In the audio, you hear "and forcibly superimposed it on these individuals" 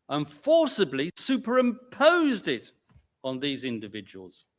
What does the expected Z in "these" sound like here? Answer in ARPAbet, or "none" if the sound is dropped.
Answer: Z